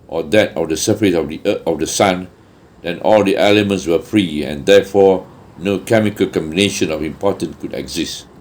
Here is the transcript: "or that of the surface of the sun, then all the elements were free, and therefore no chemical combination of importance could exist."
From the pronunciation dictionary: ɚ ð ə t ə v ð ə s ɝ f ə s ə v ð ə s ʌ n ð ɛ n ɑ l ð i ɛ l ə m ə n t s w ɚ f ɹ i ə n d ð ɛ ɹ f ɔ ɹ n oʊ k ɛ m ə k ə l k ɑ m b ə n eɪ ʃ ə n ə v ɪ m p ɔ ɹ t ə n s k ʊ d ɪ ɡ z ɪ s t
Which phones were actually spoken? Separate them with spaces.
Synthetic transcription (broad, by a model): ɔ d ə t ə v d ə s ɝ f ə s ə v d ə s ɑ n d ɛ n ɑ l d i ɛ l ə m ə n t s w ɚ f ɹ i ə n d ɛ f ɔ n oʊ k ɛ m ə k ə l k ɑ m b ə n eɪ ʃ ə n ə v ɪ m p ɔ t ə n k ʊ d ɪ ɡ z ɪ s t